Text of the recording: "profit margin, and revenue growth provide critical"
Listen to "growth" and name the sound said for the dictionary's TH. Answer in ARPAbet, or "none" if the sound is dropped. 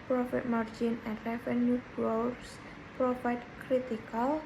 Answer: S